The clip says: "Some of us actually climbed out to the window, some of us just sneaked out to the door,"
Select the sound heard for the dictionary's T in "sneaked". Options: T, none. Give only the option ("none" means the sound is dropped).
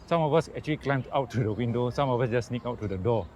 none